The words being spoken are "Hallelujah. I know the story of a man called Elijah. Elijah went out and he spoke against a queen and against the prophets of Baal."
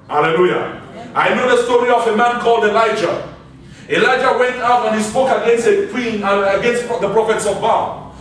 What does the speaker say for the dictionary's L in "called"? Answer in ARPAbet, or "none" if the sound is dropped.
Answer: L